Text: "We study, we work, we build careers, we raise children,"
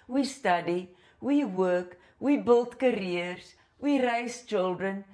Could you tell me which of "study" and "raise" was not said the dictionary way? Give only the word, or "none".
raise